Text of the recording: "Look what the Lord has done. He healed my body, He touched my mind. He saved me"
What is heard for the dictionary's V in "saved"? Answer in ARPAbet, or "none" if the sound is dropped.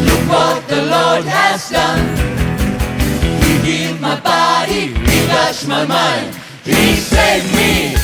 none